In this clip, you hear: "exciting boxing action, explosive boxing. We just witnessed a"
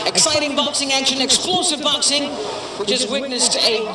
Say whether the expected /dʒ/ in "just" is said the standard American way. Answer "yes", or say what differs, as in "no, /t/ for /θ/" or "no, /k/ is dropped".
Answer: no, /tʃ/ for /dʒ/